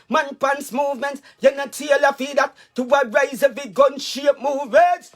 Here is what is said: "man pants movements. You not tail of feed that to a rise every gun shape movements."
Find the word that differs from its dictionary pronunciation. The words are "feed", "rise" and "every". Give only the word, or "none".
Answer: every